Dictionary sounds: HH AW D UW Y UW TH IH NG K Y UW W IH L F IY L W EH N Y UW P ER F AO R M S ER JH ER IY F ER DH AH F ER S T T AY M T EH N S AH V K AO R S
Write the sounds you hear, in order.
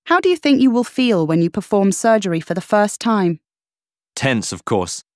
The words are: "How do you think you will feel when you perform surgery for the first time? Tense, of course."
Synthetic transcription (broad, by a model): HH AW D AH Y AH TH IH NG K Y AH W IH L F IY L W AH N Y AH P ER F AO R M S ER JH ER IY F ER DH AH F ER S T T AY M T EH N S AH V K AO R S